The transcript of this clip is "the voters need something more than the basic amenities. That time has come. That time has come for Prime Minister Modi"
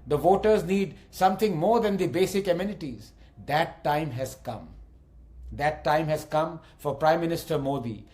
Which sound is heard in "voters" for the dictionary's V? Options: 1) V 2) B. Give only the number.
1